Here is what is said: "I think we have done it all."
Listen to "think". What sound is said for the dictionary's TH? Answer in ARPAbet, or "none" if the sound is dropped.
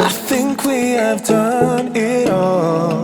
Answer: TH